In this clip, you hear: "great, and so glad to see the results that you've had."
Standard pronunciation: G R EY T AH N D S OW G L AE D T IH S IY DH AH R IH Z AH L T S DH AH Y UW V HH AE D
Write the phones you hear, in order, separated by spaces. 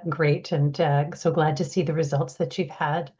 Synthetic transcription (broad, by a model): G R EY T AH N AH S OW G L AE D T IH S IY DH AH R IH Z AH L T S DH AH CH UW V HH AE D